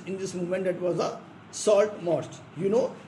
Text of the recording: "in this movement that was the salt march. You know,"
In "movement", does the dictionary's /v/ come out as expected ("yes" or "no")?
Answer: no